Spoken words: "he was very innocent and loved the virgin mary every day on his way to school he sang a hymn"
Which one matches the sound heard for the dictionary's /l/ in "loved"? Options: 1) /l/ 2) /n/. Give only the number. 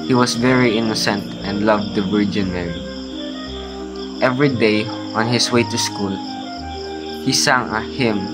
1